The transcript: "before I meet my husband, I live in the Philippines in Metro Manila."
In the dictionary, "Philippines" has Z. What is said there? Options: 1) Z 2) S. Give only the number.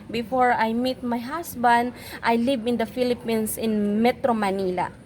2